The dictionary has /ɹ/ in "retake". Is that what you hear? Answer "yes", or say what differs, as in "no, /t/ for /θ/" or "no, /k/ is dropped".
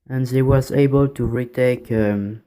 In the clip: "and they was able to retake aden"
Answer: yes